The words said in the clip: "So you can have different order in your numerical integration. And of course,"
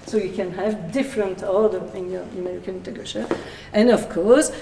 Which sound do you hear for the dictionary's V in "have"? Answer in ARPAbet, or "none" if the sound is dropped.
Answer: V